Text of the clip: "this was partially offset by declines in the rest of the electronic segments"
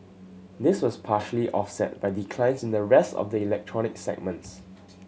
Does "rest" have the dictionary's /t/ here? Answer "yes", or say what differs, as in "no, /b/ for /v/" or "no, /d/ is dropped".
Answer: yes